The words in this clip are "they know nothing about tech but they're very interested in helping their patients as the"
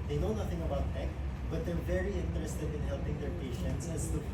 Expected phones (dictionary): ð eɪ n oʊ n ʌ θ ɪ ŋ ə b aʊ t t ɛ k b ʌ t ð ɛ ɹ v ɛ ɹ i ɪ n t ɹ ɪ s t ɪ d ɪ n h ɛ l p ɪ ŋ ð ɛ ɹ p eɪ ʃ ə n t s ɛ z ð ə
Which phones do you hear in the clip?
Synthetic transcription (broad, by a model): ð eɪ n oʊ n ʌ θ ɪ ŋ ə b aʊ t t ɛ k b ʌ t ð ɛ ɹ v ɛ ɹ i ɪ n t ɹ ɪ s t ɪ d ɪ n h ɛ l p ɪ ŋ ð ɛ ɹ p eɪ ʃ ə n t s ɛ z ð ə